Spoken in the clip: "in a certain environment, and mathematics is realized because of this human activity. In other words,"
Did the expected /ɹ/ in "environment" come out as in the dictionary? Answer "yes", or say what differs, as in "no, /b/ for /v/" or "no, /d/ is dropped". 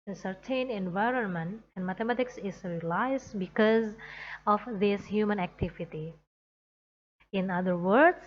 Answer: yes